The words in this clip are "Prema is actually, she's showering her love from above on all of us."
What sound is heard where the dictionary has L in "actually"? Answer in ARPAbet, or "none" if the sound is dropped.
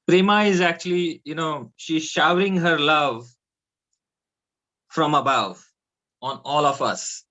N